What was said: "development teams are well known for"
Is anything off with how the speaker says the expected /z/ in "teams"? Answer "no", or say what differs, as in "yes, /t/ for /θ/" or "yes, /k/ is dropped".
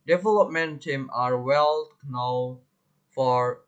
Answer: yes, /z/ is dropped